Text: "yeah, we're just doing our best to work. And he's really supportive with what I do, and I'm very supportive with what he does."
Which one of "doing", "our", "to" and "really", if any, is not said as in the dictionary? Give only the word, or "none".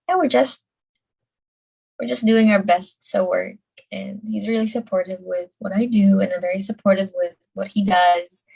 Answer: to